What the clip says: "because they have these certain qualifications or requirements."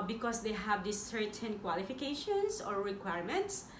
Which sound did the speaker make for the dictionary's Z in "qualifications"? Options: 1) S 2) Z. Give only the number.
1